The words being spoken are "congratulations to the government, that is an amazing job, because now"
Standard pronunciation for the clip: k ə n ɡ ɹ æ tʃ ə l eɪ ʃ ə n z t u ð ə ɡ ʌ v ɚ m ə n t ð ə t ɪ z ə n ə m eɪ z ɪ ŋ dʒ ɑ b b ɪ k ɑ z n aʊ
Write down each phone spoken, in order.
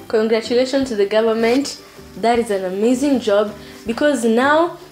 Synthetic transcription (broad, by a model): k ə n ɡ ɹ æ tʃ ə l eɪ ʃ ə n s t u ð ə ɡ ʌ v ɚ m ə n t ð ə t ɪ z ə n ə m eɪ z ɪ ŋ dʒ ɑ b b ɪ k ɑ z n aʊ